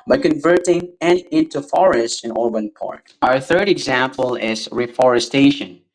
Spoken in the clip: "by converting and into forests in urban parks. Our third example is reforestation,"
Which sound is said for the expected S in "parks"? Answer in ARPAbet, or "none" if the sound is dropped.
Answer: none